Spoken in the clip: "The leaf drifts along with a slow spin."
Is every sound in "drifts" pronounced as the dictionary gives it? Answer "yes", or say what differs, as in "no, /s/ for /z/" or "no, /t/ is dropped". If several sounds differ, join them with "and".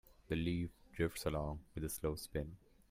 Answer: yes